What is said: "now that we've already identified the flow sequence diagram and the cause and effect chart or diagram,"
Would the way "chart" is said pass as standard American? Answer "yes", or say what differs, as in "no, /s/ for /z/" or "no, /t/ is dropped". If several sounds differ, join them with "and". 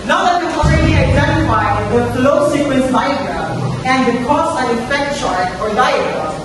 no, /ʃ/ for /tʃ/